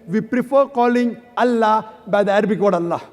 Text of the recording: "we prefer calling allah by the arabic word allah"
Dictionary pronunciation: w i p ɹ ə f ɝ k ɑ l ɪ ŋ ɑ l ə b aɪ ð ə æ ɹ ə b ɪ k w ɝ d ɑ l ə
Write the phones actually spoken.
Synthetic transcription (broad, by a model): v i p ɹ ə f ɝ k ɑ l ɪ ŋ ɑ l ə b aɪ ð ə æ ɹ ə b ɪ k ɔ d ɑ l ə